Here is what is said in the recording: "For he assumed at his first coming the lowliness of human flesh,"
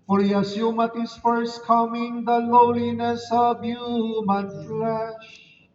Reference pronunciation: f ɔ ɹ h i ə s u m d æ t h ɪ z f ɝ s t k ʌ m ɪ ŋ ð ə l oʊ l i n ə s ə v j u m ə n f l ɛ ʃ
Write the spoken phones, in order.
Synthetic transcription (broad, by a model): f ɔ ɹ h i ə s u m ʌ t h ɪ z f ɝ s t k ʌ m ɪ ŋ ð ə l oʊ l i n ə s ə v j u m ə n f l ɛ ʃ